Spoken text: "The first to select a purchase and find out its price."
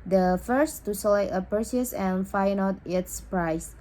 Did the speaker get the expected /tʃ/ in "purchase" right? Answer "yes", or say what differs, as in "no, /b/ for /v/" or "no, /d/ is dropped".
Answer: no, /s/ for /tʃ/